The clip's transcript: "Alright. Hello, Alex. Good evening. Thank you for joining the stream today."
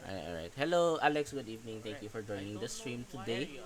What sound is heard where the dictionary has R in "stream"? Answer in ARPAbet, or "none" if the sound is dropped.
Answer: R